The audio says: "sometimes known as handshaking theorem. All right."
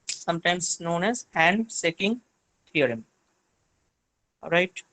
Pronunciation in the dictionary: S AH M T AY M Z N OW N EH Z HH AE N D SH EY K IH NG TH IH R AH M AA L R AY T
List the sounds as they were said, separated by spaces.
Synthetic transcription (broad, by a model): S AH M T AY M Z N OW N EH Z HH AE N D S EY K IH NG T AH R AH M R AY T